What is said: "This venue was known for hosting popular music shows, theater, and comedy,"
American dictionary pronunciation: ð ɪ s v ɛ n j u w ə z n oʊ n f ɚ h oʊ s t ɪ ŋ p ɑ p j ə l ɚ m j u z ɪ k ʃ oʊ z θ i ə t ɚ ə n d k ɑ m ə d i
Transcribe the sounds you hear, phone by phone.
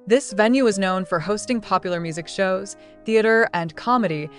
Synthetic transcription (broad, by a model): ð ɪ s v ɛ n j u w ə z n oʊ n f ɚ h oʊ s t ɪ ŋ p ɑ p j l ɚ m j u z ɪ k ʃ oʊ z θ i ə t ɚ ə n k ɑ m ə d i